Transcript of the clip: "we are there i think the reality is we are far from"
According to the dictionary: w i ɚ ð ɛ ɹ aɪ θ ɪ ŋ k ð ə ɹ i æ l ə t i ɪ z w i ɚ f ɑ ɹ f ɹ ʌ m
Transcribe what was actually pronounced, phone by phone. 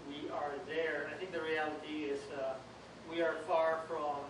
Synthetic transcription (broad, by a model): w i ɚ ð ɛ ɹ aɪ θ ɪ ŋ k ð ə ɹ i æ l ə t i ɪ z w i ɚ f ɑ ɹ f ɹ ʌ m